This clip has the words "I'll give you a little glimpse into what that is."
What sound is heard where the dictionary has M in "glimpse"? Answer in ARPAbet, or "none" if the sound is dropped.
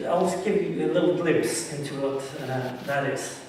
none